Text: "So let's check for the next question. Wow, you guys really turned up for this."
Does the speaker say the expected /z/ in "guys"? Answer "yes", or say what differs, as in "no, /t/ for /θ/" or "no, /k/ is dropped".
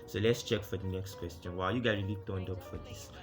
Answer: no, /z/ is dropped